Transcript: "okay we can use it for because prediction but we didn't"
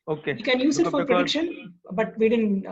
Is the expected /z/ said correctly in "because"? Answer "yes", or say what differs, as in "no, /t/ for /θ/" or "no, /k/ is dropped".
no, /z/ is dropped